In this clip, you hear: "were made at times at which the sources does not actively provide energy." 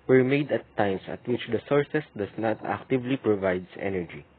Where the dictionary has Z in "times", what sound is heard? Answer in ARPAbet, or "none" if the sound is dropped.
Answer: S